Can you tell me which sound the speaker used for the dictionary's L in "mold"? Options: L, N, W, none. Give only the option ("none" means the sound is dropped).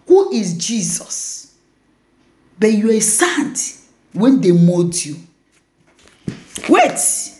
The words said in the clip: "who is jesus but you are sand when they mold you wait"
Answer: none